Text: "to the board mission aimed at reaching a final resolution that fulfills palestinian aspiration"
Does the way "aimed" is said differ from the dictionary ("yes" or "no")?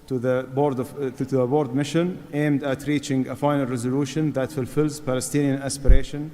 no